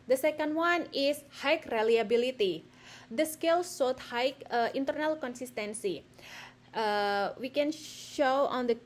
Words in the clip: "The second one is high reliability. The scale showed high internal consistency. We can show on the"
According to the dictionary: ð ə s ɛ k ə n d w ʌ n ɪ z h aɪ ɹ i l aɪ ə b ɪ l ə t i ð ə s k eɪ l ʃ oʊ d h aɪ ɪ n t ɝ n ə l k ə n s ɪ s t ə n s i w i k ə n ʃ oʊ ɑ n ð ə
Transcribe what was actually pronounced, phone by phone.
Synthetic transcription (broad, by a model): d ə s ɛ k ə n d w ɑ n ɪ s h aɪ ɹ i l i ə b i l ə t i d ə s k eɪ l s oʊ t h aɪ ɪ n t ɝ n ə l k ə n s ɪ s t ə n s i w i k ə n ʃ oʊ ɑ n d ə